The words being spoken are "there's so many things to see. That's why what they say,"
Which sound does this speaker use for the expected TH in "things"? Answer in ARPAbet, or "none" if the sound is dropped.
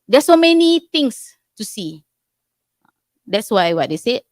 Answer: T